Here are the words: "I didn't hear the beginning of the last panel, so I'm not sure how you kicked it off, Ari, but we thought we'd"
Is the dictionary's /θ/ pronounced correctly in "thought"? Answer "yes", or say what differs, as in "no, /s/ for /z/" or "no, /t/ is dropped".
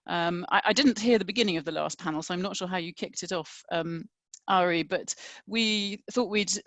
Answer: yes